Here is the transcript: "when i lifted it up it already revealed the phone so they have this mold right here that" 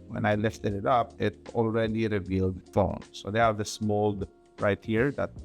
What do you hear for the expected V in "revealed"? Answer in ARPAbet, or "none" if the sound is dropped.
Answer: V